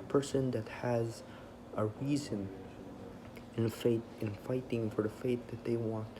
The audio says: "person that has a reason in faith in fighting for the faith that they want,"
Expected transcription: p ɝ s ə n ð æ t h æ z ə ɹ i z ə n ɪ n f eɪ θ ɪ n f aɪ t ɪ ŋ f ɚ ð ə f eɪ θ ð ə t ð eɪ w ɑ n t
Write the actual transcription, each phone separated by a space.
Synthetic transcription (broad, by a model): p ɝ s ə n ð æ t h æ z ə ɹ i z ə n ɪ n f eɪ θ ɪ n f aɪ t ɪ ŋ f ɚ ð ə f eɪ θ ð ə t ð eɪ w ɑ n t